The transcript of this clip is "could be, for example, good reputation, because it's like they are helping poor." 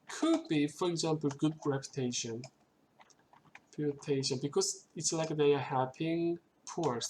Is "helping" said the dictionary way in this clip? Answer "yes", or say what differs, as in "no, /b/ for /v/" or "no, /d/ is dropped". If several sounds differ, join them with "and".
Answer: no, /l/ is dropped